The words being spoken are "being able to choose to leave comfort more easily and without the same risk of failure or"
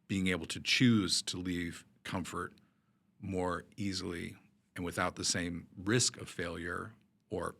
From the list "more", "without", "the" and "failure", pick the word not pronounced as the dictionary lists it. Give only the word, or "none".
none